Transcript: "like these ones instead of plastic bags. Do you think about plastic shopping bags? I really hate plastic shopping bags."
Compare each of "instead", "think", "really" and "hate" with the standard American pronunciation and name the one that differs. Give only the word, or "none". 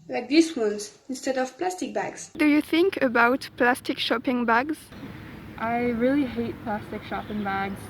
none